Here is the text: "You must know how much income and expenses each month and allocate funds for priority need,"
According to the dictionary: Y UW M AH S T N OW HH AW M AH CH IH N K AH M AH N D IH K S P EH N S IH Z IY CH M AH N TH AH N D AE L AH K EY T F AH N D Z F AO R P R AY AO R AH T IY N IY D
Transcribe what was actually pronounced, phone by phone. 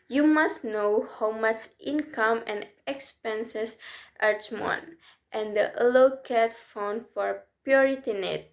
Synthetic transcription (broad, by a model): Y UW M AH S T N OW HH AW M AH CH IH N K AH M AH N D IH K S P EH N S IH S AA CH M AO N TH AH N D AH L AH K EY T F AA N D F AO R P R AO R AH T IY N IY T